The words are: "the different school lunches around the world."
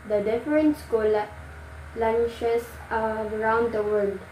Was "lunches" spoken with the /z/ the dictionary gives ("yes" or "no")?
no